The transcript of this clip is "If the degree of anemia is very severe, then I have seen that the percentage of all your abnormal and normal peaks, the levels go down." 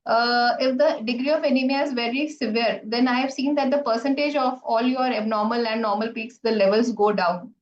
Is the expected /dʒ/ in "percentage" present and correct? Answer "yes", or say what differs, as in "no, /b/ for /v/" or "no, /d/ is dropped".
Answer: yes